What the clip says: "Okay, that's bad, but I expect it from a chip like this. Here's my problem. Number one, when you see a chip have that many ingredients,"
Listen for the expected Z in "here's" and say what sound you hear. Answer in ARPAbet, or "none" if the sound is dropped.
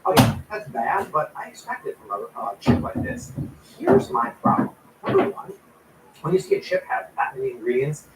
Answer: Z